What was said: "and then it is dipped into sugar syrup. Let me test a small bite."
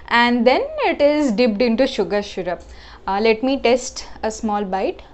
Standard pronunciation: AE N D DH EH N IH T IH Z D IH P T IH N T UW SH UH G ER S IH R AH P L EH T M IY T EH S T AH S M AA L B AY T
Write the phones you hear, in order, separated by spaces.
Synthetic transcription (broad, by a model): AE N D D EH N IH T IH Z D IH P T IH N T UW SH UH G ER SH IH R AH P L EH T M IY T EH S T AH S M AA L B AY T